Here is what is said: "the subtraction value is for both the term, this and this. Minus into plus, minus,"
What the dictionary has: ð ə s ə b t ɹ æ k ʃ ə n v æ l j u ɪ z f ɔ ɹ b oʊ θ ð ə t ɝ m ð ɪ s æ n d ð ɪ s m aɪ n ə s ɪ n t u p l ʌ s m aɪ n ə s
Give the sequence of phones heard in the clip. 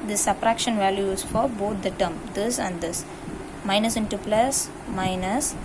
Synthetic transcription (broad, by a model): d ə s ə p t ɹ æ k ʃ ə n v æ l j u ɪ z f ɔ ɹ b oʊ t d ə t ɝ m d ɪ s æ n d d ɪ s m aɪ n ə s ɪ n t u p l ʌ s m aɪ n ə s